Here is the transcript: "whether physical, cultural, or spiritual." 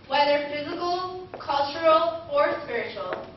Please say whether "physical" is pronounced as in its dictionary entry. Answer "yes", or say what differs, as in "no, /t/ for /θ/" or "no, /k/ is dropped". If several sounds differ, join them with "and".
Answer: yes